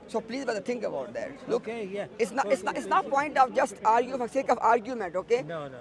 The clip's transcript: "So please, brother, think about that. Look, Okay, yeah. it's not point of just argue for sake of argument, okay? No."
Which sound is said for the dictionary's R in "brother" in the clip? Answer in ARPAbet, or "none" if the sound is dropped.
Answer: none